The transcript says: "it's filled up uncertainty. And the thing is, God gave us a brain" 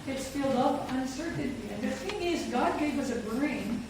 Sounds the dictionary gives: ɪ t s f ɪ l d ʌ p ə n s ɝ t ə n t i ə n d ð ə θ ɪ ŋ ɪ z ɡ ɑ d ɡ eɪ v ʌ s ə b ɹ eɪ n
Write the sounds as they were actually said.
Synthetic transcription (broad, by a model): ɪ t s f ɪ l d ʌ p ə n s ɝ t n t i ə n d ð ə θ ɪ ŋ ɪ z ɡ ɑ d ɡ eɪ w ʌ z ə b ɹ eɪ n